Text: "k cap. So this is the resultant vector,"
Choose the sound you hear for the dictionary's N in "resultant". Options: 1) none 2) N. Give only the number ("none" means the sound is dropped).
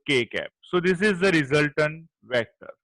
2